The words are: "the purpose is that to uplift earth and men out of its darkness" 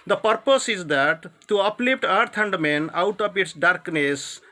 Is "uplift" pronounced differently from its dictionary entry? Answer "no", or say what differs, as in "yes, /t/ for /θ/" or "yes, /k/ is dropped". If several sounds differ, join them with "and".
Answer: yes, /p/ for /f/